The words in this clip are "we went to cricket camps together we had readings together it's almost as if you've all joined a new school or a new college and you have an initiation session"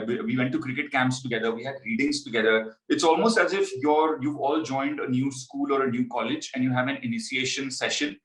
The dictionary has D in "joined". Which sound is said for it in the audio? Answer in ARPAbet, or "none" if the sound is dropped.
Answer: D